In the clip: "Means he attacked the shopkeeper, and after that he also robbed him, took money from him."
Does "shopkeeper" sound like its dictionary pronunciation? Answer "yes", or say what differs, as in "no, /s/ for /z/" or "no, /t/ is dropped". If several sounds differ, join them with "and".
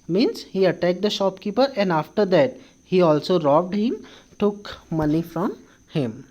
yes